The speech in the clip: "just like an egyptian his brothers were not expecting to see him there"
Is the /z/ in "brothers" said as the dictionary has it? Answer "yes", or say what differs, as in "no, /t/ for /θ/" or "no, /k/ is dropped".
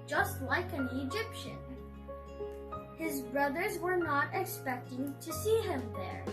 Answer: yes